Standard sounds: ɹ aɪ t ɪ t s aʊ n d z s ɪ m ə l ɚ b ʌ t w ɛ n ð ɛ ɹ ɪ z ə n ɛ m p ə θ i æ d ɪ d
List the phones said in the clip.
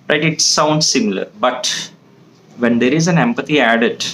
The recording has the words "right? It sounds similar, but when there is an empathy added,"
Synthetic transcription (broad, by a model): ɹ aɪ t ɪ t s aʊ n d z s ɪ m ə l ɚ b ʌ t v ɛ n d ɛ ɹ ɪ z ə n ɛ m p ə t i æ d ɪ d